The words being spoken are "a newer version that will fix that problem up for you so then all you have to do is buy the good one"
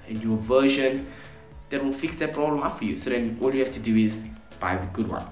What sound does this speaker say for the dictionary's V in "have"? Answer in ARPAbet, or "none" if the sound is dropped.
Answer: F